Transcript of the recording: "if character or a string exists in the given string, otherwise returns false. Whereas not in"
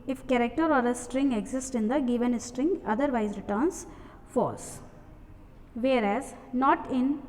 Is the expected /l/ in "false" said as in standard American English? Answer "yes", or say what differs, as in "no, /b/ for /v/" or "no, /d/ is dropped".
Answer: no, /l/ is dropped